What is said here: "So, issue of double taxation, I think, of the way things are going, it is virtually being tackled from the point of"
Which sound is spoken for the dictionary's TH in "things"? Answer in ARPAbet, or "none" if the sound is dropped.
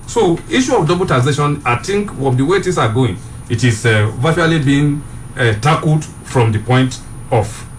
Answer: T